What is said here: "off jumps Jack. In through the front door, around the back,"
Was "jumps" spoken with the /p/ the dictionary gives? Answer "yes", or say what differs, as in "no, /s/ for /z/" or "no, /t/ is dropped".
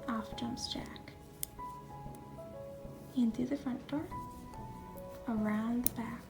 no, /p/ is dropped